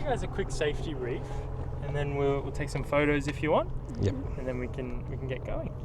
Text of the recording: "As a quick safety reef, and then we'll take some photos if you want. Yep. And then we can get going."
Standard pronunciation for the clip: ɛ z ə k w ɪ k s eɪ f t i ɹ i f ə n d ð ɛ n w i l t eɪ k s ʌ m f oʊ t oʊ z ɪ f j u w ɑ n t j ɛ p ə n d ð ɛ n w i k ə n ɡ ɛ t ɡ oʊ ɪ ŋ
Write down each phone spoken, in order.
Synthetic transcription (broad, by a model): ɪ z ə k w ɪ k s eɪ f t i ɹ i f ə n ð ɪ n w i l t eɪ k s ʌ m f oʊ t oʊ z ɪ f j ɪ w ɑ n t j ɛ ə n ð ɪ n w i k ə n ɡ ɛ t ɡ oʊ ɪ ŋ